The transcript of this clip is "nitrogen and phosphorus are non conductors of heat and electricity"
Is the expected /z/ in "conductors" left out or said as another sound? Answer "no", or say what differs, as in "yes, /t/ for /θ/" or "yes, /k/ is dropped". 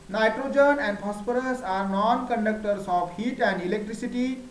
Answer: yes, /s/ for /z/